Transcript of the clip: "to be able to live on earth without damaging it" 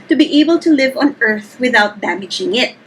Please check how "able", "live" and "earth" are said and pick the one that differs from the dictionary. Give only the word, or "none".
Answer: none